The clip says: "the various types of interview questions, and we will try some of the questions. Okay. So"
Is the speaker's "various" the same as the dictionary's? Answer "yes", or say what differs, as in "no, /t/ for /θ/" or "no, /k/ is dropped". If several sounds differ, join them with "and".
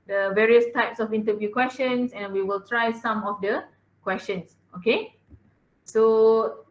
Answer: yes